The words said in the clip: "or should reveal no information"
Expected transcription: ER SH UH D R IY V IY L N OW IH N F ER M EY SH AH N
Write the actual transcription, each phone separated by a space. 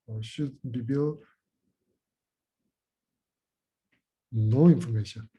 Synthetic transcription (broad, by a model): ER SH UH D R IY B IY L N OW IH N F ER M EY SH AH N